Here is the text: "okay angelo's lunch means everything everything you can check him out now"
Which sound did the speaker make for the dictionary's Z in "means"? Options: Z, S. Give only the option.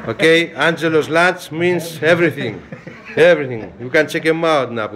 S